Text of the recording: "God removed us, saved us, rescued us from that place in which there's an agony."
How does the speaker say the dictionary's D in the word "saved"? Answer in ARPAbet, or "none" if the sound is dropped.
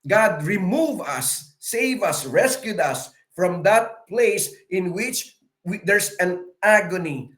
none